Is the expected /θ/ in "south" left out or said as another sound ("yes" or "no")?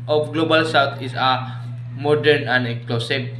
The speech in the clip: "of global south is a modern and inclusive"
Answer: yes